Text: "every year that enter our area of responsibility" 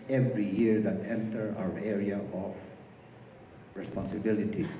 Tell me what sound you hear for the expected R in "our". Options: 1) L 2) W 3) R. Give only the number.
2